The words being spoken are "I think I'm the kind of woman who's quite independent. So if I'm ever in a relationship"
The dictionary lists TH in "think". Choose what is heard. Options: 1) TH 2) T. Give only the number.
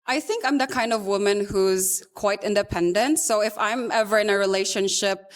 1